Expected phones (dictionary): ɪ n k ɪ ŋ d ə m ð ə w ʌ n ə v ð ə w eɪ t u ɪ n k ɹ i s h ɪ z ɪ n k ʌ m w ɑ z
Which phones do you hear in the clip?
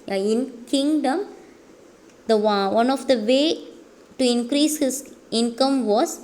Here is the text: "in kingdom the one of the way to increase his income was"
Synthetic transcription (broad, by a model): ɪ n k ɪ ŋ d ə m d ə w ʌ n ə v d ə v eɪ t u ɪ n k ɹ i s h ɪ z ɪ n k ʌ m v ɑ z